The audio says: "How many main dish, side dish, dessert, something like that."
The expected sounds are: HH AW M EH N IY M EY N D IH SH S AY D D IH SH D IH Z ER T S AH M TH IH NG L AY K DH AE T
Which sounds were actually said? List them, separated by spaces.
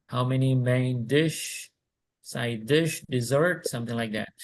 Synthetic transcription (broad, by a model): HH AW M EH N IY M EY N D IH SH S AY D D IH SH D IH Z ER T S AH M TH IH NG L AY K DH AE T